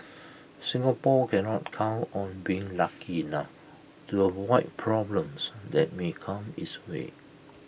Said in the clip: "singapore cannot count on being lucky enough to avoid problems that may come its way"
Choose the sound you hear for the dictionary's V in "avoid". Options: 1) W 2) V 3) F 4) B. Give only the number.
1